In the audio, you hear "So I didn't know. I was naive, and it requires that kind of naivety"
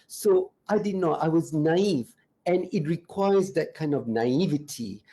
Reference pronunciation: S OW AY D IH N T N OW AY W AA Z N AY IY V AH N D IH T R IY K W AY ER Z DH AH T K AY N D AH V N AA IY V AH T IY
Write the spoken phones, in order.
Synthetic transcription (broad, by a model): S OW AY D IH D N OW AY W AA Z N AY IY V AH N IH T R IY K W AY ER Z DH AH T K AY N D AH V N AA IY V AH T IY